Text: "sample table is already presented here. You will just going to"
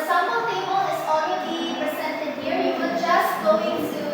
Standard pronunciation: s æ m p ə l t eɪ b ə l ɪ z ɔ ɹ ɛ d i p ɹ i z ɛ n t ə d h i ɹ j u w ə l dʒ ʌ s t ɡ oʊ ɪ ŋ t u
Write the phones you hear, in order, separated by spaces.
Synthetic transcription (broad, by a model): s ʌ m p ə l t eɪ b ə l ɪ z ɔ ɛ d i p ɹ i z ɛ n t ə d h i ɹ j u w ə dʒ ʌ s t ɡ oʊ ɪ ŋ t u